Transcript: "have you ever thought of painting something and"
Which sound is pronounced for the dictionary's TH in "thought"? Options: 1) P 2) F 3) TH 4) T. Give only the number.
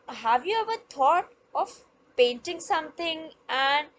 4